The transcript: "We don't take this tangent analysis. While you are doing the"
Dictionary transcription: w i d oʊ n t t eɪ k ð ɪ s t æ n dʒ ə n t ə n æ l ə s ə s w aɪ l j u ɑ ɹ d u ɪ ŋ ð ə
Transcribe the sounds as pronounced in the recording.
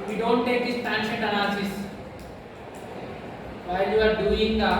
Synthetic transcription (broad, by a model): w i d oʊ n t t eɪ k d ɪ s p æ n ʃ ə t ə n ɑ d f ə s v aɪ l j u ɑ ɹ d u ɪ ŋ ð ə